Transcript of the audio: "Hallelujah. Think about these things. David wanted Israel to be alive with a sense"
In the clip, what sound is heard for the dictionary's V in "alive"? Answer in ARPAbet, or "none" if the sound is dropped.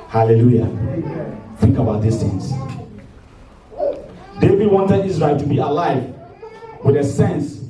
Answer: V